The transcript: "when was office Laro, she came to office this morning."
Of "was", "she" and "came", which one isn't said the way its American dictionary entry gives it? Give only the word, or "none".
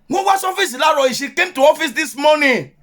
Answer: was